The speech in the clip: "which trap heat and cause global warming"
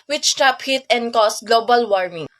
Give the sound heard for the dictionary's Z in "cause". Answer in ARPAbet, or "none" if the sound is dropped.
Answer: S